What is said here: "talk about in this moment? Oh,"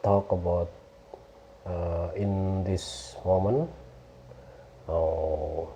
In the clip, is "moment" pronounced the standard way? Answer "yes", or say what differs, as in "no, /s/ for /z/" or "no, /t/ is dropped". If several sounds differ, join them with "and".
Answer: no, /t/ is dropped